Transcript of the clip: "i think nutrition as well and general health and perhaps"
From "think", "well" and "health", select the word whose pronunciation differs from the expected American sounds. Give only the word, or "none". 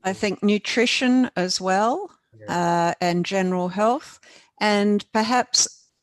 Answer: none